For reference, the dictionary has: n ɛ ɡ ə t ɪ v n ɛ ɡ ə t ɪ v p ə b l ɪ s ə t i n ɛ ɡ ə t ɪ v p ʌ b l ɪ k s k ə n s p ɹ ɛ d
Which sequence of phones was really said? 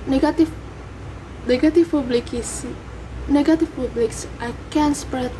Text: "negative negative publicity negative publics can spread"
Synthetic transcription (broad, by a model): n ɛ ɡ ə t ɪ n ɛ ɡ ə t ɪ f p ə b l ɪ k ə s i n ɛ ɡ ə t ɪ f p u b l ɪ k s k ə n s p ɹ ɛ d